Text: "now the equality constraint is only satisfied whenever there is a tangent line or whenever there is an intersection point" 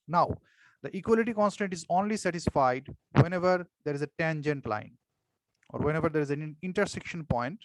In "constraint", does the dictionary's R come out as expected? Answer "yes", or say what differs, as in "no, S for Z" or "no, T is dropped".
no, R is dropped